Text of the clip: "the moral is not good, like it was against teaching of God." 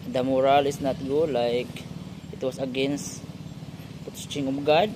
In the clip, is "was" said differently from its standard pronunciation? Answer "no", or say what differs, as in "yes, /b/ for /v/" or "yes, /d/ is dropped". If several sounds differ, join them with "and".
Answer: yes, /s/ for /z/